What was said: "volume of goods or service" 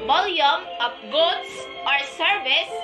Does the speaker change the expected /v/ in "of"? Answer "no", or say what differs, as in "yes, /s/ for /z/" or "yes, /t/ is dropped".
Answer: yes, /p/ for /v/